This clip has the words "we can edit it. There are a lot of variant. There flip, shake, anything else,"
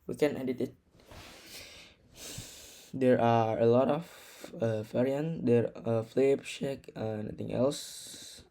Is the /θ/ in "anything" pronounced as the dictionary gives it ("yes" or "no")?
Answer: no